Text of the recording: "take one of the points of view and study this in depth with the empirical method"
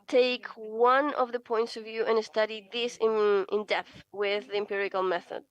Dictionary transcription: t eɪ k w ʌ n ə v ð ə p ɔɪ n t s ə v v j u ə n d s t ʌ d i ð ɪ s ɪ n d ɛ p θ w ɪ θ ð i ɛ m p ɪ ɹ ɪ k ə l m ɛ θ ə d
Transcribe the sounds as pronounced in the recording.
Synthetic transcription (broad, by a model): t eɪ k w ʌ n ə v ð ə p ɔɪ n t s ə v v j u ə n s t ʌ d i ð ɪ s ɪ n d ɛ p θ w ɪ ð i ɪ m p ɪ ɹ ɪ k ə l m ɛ θ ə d